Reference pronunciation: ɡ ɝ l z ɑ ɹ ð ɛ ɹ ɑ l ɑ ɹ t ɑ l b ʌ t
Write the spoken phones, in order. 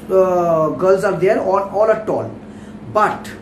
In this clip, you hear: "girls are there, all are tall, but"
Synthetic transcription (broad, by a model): ɡ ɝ l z ɑ ɹ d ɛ ɹ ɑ n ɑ l t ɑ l b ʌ t